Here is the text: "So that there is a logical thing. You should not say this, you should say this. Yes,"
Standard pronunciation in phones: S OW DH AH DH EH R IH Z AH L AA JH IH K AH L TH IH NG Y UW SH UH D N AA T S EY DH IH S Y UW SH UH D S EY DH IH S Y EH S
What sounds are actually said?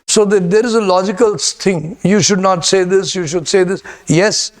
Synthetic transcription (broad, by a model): S OW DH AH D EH R IH Z AH L AA JH IH K AH L S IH NG Y UW SH UH D N AA T S EY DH IH S Y UW SH UH D S EY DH IH S Y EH S